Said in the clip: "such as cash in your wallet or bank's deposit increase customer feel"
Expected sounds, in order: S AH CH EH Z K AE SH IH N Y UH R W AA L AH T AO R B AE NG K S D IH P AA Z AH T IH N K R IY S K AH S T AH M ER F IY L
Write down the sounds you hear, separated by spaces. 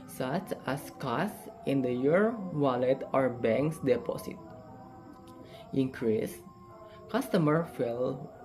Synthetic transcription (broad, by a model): S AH CH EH S K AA S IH N Y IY R W AA L AH T AO R B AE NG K S D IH P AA S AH T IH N K R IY S K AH S T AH M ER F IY L